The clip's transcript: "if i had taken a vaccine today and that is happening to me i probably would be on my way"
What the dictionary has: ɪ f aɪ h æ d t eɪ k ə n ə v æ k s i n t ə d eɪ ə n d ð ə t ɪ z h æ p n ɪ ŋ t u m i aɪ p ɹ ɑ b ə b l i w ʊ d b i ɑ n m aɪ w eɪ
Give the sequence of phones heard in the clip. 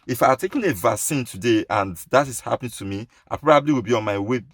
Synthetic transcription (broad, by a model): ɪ f aɪ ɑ t eɪ k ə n ə v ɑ s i n t ə d eɪ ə n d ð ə t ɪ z h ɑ p n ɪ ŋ t u m i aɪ p ɹ ɑ b ə b l i w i b i ɑ n m aɪ w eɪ